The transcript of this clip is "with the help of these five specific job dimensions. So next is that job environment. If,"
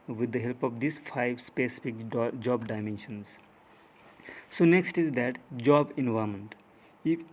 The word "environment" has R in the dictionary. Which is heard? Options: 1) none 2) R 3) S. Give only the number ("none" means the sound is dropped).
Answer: 1